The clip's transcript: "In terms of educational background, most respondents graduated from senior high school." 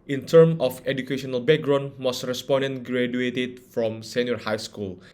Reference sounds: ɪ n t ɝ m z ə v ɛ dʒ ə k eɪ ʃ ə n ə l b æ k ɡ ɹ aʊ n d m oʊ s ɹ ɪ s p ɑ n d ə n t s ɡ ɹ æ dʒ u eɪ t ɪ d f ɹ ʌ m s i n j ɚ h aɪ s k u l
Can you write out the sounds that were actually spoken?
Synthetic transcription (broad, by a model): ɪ n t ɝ m ə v ɛ dʒ ə k eɪ ʃ ə n ə l b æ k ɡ ɹ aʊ n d m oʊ s ɹ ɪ s p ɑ n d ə n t ɡ ɹ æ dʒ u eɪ t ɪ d f ɹ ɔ m s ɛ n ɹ h aɪ s k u l